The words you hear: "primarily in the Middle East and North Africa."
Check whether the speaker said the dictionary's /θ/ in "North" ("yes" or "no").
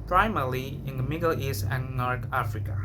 no